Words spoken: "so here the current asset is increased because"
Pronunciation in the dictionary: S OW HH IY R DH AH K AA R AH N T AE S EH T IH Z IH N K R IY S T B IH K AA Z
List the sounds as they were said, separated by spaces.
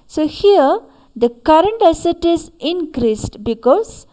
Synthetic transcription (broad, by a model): S OW HH IY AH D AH K AA R AH N T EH S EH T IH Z IH N K R IY S T B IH K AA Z